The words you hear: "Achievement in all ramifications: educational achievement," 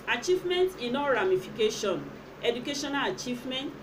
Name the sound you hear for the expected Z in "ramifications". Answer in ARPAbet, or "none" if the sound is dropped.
none